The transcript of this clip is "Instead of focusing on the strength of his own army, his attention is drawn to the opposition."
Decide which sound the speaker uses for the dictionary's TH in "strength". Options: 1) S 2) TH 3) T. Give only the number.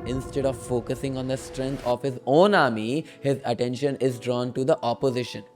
3